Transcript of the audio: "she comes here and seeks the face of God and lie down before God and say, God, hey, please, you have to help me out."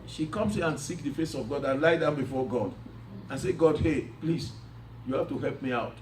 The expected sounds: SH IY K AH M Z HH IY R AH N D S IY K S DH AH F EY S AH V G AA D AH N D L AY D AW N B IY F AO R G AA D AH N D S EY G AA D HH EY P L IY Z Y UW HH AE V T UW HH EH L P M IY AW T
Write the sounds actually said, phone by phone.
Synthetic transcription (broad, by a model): SH IY K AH M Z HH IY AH N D S IY K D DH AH F EY S AH V G AA D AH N L AY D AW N B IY F AO G AA D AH N S EY G AA D HH EY P L IY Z Y UW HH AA F T UW HH EH L P M IY AW T